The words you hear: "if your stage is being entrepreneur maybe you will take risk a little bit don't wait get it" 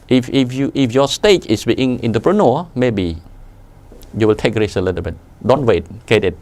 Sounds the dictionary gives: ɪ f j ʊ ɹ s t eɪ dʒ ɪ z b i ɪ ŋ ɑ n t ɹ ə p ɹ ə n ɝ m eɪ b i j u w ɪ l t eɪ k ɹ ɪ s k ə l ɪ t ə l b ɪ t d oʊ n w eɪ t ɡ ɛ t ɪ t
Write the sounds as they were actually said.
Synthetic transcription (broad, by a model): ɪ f j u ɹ s t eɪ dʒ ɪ s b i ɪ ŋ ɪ n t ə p ɹ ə n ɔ m eɪ b i j u w ɪ l t eɪ k ɹ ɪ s ə l ɪ t ə l b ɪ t d oʊ n w eɪ t ɡ ɛ t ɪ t